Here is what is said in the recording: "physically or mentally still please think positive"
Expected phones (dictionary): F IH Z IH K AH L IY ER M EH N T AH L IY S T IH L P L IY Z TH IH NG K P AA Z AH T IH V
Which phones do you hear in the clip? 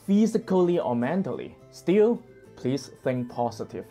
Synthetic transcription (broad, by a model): F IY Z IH K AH L IY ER M EH N T AH L IY S T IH L P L IY S TH IH NG K P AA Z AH T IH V